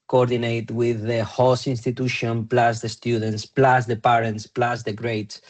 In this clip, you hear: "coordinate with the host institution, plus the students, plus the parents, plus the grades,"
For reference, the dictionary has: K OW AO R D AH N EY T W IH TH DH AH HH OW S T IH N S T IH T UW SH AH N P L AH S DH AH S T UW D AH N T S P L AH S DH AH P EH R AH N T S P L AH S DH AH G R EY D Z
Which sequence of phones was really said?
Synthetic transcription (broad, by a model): K OW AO R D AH N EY T W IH DH AH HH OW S IY N S T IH T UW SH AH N P L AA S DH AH S T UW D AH N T S P L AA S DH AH P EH R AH N T S P L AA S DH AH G R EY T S